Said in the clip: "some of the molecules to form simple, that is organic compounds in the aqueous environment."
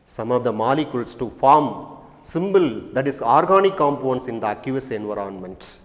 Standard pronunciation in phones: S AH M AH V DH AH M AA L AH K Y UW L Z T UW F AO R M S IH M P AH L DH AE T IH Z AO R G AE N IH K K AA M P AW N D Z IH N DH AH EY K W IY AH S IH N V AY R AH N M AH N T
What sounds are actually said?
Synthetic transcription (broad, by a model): S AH M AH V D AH M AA L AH K Y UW L S T UW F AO R M S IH M B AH L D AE T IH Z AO R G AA N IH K K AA M P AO N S IH N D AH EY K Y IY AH S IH N V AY R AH N M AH N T